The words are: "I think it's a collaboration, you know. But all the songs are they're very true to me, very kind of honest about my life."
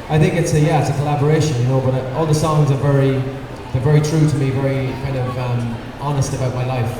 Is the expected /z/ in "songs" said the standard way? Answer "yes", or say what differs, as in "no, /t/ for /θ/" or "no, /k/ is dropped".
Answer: yes